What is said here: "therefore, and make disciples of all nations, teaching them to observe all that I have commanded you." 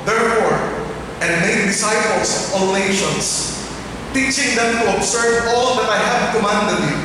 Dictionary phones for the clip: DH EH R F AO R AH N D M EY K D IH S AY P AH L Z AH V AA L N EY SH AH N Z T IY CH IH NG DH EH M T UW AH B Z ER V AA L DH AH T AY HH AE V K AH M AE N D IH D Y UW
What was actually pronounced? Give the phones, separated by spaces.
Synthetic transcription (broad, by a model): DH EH R F AO R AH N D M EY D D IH S AY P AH L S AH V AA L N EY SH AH N S T IY CH IH NG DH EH M T UW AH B S ER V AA L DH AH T AY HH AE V K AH M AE N D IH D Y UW